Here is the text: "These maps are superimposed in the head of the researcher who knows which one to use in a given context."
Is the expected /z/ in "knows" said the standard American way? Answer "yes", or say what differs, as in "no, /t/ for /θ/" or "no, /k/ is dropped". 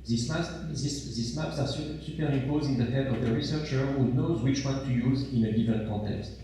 yes